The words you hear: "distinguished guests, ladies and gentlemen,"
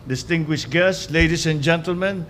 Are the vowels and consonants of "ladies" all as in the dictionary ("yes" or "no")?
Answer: no